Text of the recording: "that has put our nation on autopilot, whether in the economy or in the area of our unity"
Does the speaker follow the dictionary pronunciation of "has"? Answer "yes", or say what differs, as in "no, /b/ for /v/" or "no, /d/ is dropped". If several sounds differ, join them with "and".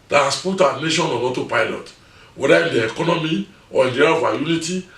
no, /s/ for /z/